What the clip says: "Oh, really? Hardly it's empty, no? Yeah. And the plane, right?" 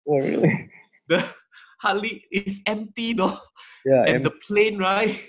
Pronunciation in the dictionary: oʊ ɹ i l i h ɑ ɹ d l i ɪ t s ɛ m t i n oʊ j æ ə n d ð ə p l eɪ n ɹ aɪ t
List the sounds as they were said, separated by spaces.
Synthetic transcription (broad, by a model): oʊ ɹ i l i h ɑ l i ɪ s ɛ m t i n oʊ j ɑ ə n d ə p l eɪ n ɹ aɪ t